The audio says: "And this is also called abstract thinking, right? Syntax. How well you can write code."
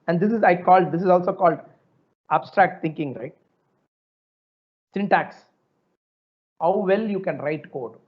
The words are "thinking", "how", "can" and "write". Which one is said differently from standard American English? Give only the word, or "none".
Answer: thinking